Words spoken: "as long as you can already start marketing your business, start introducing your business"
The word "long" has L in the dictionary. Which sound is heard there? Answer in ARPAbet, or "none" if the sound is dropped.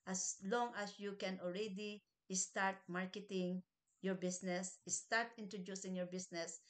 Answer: L